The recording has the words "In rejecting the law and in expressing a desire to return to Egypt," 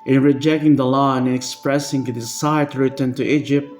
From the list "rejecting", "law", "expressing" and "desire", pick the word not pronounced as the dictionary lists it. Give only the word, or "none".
desire